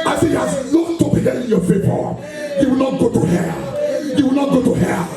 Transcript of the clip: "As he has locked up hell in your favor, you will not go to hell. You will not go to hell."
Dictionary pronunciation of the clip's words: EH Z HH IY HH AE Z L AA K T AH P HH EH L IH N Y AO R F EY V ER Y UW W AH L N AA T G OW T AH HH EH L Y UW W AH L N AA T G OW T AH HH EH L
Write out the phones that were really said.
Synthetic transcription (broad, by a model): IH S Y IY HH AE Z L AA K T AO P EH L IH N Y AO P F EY P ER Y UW W AH L N AA T G OW T AH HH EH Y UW W AH L N AA T G OW T AH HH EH